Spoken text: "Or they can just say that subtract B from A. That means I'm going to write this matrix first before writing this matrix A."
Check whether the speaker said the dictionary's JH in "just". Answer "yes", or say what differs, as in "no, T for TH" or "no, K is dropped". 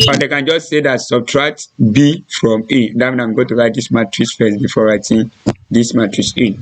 yes